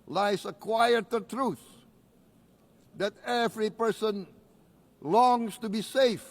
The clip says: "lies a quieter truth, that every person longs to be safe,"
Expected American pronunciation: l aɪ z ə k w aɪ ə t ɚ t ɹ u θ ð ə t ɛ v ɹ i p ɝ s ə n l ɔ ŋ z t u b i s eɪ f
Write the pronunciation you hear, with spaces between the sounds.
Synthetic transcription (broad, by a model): l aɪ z ə k w aɪ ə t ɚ t ɹ u θ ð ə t ɛ v ɹ i p ɝ s ə n l ɔ ŋ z t u b i s eɪ f